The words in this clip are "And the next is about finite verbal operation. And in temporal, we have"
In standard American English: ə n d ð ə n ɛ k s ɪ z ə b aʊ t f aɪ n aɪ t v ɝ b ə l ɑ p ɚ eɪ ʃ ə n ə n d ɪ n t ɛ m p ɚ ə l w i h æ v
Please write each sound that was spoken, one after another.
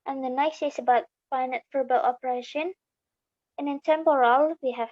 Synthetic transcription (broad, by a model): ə n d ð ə n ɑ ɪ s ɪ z ə b aʊ t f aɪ n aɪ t f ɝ b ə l ɑ p ɚ eɪ ʃ ə n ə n ɪ n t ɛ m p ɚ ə l w i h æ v